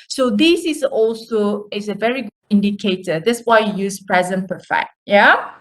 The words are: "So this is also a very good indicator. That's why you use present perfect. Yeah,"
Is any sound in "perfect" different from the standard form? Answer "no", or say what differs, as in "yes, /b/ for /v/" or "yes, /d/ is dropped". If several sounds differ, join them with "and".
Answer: yes, /k/ is dropped